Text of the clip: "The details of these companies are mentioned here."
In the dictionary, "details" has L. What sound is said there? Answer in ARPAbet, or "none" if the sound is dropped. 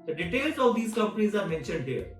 L